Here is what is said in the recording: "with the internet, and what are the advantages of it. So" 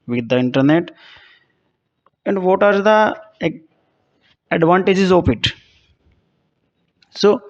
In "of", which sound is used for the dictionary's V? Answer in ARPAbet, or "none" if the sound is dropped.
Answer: P